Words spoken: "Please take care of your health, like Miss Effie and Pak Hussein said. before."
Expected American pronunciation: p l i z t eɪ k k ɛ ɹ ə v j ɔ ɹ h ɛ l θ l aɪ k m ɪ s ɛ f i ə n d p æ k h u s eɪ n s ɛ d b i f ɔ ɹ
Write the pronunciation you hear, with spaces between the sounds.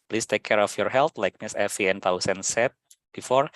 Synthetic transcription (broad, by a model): p l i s t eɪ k k ɛ ɹ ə f j ɔ ɹ h ɛ l t l aɪ k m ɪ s ɛ f i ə n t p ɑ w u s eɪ n s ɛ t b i f ɔ ɹ